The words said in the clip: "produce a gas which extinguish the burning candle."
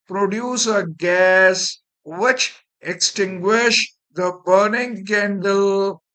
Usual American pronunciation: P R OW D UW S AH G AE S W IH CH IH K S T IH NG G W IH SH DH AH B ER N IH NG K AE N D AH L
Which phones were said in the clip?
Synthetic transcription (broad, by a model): P R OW D UW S AH G AE S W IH CH IH K S T IH NG G W IH SH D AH B ER N IH NG K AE N D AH L